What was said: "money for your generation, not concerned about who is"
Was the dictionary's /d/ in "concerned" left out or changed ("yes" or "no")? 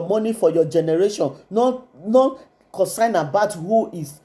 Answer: yes